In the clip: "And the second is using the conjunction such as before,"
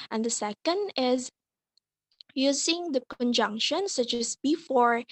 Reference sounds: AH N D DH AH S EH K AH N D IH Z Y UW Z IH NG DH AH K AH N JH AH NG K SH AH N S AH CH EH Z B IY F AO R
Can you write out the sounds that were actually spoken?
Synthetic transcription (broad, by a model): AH N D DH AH S EH K AH N D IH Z Y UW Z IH NG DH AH K AH N JH AH NG K SH AH N S AH CH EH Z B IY F AO R